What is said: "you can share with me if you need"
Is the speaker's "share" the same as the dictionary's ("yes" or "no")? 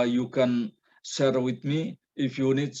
no